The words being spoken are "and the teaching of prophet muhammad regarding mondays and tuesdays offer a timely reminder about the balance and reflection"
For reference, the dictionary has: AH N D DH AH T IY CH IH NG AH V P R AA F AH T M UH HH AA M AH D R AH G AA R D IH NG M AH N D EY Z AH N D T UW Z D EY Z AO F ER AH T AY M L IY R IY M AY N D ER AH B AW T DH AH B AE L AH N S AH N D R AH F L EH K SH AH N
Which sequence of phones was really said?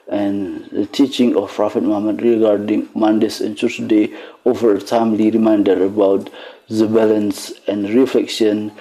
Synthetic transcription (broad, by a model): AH N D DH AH T IY CH IH NG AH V P R AA F AH T M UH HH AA M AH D R AH G AA R D IH NG M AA N D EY S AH N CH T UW D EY AO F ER AH T AY M L IY R IY M AY N D ER AH B AW T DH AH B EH L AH N S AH N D R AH F L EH K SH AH N